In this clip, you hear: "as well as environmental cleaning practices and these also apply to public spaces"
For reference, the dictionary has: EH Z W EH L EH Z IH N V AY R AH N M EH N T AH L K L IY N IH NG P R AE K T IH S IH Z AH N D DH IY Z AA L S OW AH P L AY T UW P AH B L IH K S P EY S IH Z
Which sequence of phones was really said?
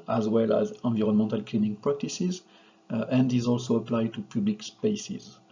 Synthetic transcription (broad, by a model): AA Z W EH L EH Z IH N V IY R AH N M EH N T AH L K L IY N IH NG P R AE K T IH S IH Z AH N D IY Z AA L S OW AH P L AY T UW P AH B L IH K S P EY S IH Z